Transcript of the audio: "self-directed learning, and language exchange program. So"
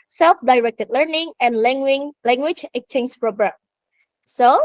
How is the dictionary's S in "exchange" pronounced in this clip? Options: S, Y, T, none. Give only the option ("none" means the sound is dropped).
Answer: none